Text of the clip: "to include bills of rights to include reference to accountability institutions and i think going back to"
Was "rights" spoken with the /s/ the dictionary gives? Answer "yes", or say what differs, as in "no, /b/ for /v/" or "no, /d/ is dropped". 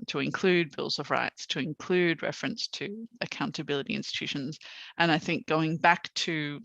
yes